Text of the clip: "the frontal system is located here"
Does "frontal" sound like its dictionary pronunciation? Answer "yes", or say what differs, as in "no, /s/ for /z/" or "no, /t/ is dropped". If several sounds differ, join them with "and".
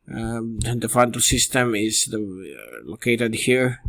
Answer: no, /ɹ/ is dropped